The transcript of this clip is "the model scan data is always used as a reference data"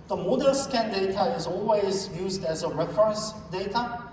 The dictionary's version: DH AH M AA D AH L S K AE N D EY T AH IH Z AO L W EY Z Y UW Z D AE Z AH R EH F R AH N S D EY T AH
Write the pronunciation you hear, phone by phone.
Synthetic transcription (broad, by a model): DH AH M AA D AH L S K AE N D EY T AH IH Z AO L W EY Z Y UW Z D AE Z AH R EH F R AH N S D EY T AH